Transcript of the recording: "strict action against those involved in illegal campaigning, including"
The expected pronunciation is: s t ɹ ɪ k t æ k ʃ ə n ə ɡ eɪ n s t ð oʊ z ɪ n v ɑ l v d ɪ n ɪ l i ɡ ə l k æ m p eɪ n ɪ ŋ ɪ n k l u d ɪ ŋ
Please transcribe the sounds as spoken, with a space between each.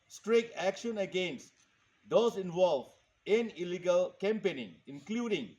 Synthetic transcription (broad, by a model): s t ɹ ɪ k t æ k ʃ ə n ə ɡ eɪ n s t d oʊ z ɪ n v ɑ l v ɪ n ɪ l i ɡ ə l k æ m p eɪ n ɪ ŋ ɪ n k l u d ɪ ŋ